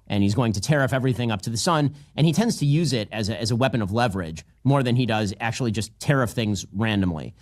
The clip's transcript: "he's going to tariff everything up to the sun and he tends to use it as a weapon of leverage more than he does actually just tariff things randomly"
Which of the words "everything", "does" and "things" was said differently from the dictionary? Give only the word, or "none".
none